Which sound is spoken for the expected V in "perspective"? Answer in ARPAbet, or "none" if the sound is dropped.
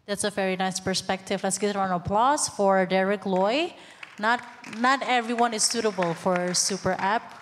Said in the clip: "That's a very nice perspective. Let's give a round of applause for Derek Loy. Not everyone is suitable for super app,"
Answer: V